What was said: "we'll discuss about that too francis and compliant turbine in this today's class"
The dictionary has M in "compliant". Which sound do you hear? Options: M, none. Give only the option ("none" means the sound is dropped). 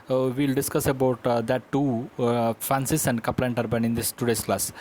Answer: none